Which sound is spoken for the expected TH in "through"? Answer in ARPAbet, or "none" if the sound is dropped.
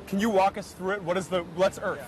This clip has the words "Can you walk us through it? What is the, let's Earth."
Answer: TH